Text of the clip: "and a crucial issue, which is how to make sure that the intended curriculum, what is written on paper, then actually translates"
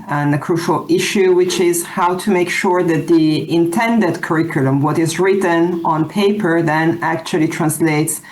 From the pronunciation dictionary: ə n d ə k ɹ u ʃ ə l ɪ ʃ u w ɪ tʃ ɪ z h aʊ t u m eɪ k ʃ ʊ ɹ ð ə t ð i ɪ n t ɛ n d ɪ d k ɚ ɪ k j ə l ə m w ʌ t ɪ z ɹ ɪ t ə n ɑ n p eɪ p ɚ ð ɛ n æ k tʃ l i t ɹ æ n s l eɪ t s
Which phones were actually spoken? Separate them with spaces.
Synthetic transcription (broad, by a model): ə n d ə k ɹ u ʃ ə l ɪ ʃ u w ɪ tʃ ɪ z h aʊ t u m eɪ k ʃ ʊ ɹ ð ə t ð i ɪ n t ɛ n d ɪ d k ɚ ɪ k j ə l ə m w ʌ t ɪ z ɹ ɪ t ə n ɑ n p eɪ p ɚ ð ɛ n æ k tʃ l i t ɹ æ n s l eɪ t s